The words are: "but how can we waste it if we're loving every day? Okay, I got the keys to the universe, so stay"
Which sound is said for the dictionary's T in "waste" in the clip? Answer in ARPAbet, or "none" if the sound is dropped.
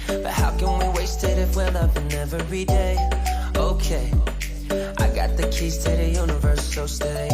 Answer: T